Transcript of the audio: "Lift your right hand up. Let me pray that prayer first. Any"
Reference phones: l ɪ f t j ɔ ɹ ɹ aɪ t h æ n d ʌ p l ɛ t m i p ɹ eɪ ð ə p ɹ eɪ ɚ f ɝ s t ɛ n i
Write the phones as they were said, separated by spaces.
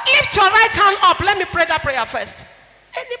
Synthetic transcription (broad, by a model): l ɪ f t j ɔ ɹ ɹ aɪ t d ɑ n ɔ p l ɛ t m i p ɹ eɪ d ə p ɹ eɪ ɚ f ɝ s t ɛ n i